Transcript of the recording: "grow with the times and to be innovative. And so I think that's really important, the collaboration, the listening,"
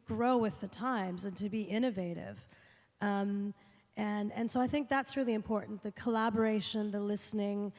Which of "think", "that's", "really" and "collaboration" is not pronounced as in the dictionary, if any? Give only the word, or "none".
none